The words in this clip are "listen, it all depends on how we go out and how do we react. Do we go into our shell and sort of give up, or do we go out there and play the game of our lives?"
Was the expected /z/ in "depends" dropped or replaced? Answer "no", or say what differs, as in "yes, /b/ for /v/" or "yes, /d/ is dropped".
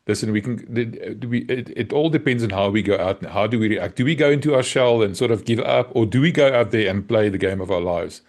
no